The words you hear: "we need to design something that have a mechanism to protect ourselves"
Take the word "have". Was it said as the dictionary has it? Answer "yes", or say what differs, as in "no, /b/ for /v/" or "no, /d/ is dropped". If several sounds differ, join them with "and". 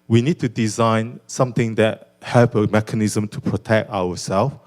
no, /p/ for /v/